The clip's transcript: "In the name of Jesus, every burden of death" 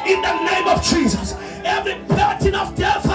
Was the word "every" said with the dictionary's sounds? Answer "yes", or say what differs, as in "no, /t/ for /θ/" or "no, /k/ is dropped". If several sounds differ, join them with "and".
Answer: yes